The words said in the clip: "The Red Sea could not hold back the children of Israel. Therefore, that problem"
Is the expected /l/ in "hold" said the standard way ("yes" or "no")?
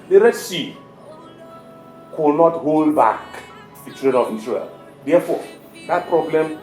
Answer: yes